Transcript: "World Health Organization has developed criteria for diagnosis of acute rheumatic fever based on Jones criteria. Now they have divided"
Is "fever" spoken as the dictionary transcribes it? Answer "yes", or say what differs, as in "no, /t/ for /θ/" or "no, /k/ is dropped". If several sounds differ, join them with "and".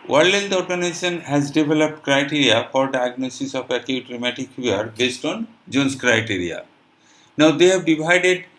no, /v/ is dropped